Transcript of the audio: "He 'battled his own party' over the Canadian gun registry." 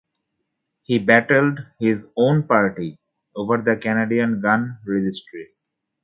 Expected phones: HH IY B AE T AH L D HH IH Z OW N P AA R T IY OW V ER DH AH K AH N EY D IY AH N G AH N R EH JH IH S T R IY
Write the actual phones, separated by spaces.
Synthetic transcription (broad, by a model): HH IY B AE T AH L D HH IH Z OW N P AA R T IY OW V ER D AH K AH N EY D IY AH N G AH N R EH JH IH S T R IY